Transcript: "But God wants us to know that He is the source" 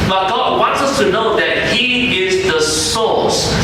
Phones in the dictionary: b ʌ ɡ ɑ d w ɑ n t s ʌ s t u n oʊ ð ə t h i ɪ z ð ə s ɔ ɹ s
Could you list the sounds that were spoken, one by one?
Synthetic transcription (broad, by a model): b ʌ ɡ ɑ w ɑ n t s ʌ s t u n oʊ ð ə t h i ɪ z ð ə s ɔ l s